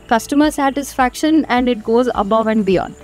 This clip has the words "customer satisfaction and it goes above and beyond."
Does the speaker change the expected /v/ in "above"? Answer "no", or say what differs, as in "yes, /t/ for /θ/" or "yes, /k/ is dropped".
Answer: no